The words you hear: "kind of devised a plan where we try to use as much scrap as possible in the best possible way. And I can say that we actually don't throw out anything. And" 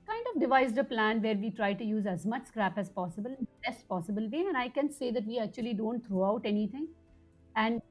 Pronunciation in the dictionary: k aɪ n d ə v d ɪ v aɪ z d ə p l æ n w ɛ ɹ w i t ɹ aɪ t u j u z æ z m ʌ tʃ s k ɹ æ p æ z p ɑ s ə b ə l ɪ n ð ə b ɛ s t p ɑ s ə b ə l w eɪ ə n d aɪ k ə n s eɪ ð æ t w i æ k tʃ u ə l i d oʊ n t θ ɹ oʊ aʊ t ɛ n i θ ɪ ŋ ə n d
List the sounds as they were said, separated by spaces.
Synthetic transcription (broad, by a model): k aɪ n d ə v d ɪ v aɪ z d ə p l æ n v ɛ ɹ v i t ɹ aɪ t u j u z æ z m ʌ tʃ s k ɹ æ p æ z p ɑ s ə b ə l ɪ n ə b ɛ s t p ɑ s ə b ə l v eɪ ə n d aɪ k ə n s eɪ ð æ t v i æ k tʃ u ə l i d oʊ n t t ɹ oʊ aʊ t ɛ n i t ɪ ŋ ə n d